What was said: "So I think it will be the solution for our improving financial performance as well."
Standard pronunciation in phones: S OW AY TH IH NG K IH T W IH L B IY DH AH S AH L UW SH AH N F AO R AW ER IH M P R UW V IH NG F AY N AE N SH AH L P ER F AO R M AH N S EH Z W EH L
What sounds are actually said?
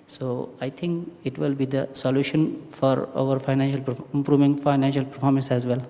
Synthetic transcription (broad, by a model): S OW AY T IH NG K IH T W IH L B IY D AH S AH L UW SH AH N F AO R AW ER IH M P R UW V IH NG F AY N AE N SH AH L P ER F AO R M AH N S EH Z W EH L